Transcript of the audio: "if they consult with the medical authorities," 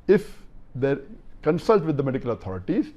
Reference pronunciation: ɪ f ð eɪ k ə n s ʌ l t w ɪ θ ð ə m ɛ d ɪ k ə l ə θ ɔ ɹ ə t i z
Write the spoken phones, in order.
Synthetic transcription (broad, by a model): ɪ f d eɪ k ə n s ʌ l t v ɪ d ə m ɛ d ɪ k ə l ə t ɔ ɹ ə t i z